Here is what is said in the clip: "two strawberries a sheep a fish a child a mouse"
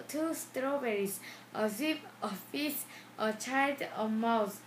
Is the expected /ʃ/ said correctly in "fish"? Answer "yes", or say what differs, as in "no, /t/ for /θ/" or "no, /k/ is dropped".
no, /s/ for /ʃ/